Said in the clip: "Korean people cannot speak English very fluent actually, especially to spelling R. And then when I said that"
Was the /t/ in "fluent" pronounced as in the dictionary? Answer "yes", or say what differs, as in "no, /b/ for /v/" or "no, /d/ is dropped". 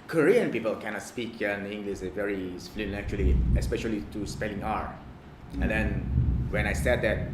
no, /t/ is dropped